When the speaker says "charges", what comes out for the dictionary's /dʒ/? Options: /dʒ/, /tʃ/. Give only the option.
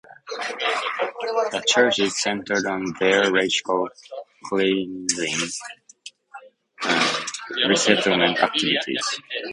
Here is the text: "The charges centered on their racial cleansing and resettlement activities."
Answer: /tʃ/